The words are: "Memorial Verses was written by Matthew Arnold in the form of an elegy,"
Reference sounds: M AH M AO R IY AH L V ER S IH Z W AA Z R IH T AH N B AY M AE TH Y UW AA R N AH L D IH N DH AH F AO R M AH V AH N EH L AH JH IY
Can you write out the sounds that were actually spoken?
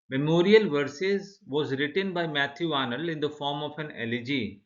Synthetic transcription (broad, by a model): M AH M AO R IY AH L V ER S IH Z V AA Z R IH T AH N B AY M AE T Y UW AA N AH L IH N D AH F AO R M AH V AH N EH L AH JH IY